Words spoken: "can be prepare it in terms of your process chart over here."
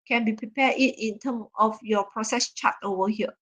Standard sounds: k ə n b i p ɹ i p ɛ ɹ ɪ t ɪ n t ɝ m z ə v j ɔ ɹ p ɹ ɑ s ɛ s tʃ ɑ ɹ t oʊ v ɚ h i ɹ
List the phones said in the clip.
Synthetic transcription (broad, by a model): k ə n b i p ɹ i p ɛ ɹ ɪ t ɪ n t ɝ m ə f j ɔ p ɹ ɑ s ɛ s tʃ ɑ t oʊ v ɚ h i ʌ